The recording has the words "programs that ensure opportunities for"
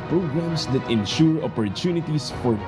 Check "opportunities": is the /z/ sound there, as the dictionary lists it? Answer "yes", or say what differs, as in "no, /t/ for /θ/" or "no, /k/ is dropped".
no, /s/ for /z/